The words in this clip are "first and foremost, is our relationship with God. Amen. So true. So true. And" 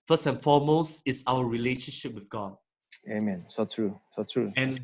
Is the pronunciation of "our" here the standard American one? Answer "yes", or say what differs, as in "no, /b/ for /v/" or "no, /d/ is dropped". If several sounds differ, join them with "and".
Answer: no, /w/ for /ɹ/